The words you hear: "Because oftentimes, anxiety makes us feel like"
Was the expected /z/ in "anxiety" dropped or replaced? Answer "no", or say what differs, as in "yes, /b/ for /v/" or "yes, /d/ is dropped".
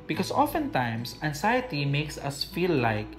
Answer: yes, /s/ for /z/